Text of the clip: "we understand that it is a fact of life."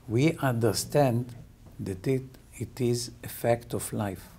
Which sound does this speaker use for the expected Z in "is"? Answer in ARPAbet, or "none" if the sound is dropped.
Z